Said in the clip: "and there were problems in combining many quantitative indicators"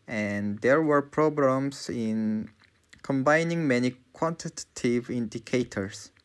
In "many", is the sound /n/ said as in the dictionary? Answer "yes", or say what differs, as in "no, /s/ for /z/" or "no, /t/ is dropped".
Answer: yes